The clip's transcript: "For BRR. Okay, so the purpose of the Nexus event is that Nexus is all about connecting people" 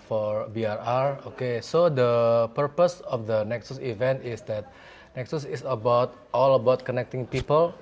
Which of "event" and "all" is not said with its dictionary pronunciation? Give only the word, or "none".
none